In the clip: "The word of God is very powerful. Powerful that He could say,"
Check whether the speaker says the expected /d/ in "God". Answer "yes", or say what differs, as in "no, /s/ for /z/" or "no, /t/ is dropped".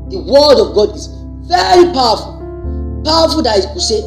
yes